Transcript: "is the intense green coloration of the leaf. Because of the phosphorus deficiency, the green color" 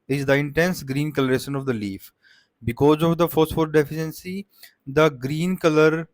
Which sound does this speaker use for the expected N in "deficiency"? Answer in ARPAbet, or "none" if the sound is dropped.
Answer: N